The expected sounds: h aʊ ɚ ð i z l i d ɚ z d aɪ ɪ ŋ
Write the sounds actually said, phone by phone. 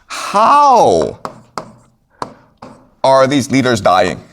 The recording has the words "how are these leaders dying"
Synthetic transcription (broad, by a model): h aʊ ɚ ð i z l i d ɚ z d aɪ ɪ ŋ